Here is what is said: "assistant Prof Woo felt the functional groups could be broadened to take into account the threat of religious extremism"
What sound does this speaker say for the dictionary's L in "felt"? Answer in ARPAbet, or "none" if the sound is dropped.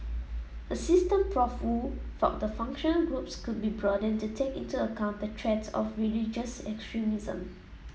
none